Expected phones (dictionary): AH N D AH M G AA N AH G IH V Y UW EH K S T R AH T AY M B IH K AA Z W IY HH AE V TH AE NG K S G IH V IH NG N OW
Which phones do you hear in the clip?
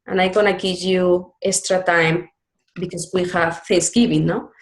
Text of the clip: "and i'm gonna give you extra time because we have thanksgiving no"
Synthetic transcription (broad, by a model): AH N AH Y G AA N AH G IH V Y UW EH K S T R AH T AY M B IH K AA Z W IY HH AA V F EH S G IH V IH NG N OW